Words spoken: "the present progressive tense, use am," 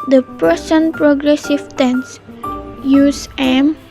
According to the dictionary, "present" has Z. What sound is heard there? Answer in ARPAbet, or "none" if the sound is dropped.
S